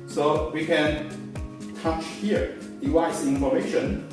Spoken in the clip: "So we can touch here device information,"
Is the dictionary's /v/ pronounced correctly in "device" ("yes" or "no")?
no